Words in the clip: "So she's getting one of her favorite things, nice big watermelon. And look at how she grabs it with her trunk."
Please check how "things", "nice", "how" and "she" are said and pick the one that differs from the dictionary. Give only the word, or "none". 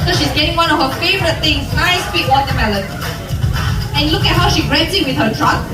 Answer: things